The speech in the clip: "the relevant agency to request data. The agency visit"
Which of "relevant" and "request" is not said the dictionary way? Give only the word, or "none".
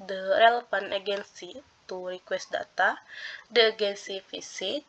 relevant